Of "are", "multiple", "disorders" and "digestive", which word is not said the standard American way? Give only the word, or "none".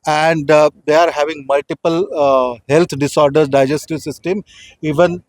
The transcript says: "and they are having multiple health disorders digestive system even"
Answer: disorders